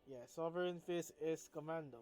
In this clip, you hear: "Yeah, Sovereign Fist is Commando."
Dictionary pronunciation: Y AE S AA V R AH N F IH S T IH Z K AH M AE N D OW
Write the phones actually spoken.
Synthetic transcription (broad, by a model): Y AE S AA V R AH N F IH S IH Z K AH M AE N D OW